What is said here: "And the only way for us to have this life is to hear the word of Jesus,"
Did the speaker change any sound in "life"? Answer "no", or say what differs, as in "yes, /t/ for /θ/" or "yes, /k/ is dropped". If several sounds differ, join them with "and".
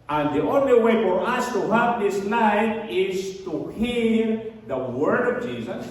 yes, /n/ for /l/